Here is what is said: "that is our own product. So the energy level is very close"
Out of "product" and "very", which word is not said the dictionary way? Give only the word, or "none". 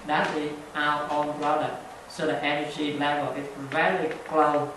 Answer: very